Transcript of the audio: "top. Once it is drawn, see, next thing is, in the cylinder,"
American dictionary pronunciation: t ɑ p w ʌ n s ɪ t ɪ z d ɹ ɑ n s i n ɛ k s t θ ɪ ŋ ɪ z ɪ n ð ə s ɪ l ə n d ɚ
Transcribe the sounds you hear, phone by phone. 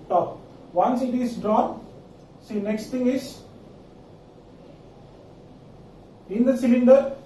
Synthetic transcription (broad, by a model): t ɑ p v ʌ n s ɪ t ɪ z d ɹ ɑ n s i n ɛ k s t t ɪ ŋ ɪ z ɪ n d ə s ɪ l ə n d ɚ